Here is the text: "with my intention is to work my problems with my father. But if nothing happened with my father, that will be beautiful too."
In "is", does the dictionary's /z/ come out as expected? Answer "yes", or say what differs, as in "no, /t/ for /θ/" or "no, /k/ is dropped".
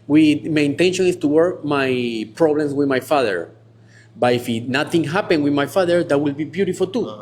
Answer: no, /s/ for /z/